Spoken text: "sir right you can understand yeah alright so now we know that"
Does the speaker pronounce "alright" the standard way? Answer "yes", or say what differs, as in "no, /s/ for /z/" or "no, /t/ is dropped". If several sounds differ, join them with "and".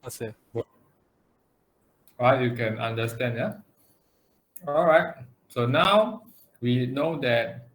yes